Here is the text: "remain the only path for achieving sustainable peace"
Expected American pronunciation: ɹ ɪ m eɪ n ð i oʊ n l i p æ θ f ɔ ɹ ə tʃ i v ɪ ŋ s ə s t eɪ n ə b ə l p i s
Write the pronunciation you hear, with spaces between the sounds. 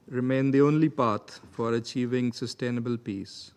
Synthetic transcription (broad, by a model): ɹ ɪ m eɪ n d i oʊ n l i p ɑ t f ɔ ɹ ə tʃ i v ɪ ŋ s ə s t eɪ n ə b ə l p i s